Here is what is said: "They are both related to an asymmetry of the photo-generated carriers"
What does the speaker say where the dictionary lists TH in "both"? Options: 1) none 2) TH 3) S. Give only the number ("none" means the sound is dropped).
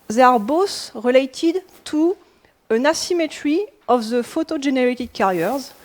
3